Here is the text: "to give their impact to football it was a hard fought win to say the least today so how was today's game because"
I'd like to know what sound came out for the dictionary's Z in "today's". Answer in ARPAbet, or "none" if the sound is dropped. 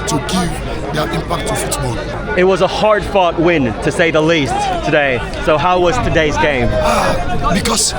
Z